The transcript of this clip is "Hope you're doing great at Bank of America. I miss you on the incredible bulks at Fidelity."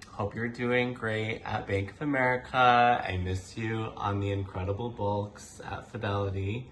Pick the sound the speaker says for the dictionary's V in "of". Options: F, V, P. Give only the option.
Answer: V